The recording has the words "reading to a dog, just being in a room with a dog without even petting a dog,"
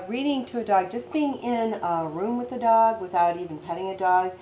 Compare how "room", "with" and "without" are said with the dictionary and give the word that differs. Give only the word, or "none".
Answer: none